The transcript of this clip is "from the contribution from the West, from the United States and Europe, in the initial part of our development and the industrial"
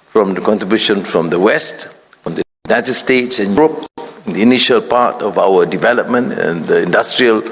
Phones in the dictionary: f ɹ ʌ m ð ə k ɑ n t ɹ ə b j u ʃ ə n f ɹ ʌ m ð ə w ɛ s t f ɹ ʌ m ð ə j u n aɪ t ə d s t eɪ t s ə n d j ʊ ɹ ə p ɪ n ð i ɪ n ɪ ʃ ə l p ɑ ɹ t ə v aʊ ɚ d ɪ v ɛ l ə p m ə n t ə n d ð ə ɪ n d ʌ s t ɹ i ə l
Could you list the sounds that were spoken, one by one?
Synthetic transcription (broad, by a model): f ɹ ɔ m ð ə k ɑ n t ɹ ə b j u ʃ ə n f ɹ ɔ m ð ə w ɛ s t f ɹ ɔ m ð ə j u n aɪ t ə d s t eɪ t s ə n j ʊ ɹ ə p ɪ n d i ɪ n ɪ ʃ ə l p ɑ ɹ t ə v aʊ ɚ d ɪ v ɛ l ə p m ə n t ə n d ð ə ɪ n d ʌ s t ɹ i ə l